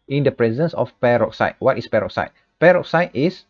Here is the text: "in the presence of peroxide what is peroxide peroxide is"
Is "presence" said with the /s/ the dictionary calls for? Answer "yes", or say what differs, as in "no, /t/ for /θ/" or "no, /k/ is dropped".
yes